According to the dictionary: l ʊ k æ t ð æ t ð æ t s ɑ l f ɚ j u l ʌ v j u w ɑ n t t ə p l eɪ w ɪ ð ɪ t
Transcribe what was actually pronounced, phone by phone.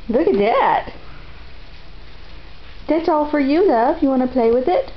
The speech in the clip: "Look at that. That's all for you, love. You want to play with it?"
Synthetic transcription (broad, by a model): l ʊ k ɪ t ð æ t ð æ t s ɑ l f ɚ j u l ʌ f j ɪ w ɑ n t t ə p l eɪ w ɪ ð ɪ t